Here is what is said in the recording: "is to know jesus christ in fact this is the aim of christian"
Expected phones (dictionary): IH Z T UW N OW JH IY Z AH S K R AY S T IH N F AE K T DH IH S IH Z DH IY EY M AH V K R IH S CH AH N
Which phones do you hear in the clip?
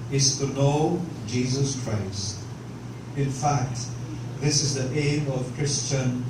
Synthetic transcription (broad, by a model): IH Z T UW N OW JH IY Z AH S K R AY S T IH N F AE K T DH IH S IH Z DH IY EY M AH V K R IH S CH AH N